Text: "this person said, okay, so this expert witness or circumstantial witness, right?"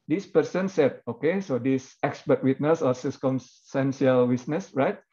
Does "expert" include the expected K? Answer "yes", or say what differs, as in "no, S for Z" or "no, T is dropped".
yes